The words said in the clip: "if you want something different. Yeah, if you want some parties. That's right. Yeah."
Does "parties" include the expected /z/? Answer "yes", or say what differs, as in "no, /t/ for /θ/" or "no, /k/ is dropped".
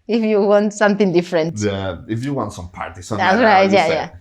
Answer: no, /s/ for /z/